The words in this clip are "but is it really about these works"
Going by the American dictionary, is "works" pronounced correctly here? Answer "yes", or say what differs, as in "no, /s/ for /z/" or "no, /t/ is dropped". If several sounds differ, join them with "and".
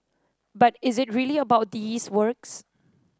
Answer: yes